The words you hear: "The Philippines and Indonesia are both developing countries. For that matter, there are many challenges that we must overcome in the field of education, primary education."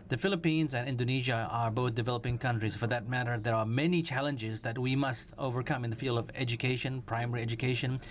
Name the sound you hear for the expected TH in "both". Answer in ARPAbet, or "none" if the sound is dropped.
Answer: TH